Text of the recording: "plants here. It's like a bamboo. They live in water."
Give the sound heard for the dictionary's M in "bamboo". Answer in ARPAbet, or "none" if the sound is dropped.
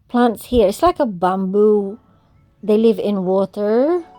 M